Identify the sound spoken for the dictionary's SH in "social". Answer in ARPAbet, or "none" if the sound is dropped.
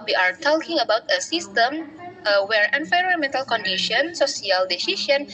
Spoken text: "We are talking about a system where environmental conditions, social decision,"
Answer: S